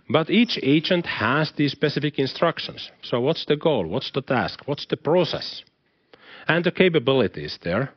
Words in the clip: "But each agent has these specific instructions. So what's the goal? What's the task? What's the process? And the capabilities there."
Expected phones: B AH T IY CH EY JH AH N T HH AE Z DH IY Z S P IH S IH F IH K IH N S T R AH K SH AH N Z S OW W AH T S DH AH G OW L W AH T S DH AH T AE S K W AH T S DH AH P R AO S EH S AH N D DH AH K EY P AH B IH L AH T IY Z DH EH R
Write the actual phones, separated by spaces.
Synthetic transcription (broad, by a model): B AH T IY CH EY JH AH N T HH AE Z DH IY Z S P IH S IH F IH K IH N S T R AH K SH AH N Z S OW W AH T S DH AH G OW L W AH T S DH AH T AE S K W AH T S DH AH P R AO S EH S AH N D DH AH K EY P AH B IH L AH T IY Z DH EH R